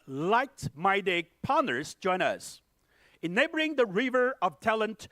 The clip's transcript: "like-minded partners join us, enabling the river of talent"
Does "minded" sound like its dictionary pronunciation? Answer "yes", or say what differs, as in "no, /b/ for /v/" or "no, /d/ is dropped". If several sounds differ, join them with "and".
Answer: no, /n/ is dropped